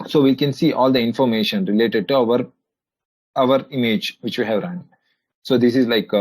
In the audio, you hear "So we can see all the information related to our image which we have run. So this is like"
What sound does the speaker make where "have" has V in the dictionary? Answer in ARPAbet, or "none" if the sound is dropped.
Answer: V